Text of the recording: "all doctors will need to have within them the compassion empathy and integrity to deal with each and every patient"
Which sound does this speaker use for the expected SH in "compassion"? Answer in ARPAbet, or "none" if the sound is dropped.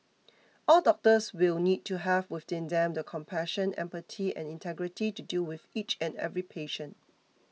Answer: SH